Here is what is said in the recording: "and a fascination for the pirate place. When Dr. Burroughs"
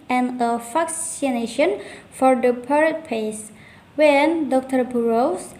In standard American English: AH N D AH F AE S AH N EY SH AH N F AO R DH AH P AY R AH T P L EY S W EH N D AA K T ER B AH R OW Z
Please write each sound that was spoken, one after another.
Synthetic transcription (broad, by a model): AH N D AH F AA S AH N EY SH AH N F AO R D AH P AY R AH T P EY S W EH N D AA K T ER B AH R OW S